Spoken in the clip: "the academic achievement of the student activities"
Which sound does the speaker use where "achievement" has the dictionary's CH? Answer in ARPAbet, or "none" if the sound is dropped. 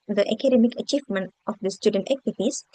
CH